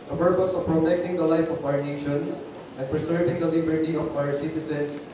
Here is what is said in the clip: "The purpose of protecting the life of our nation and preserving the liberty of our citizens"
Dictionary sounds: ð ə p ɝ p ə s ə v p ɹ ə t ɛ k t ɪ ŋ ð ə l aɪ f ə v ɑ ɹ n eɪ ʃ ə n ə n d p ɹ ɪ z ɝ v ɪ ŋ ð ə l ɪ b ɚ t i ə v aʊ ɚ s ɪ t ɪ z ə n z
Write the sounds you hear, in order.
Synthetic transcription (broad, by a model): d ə p ɝ p ə s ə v p ɹ ə t ɛ k t ɪ ŋ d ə l aɪ f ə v ɑ ɹ n eɪ ʃ ə n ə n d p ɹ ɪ s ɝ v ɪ ŋ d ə l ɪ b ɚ t i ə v aʊ ɚ s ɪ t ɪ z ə n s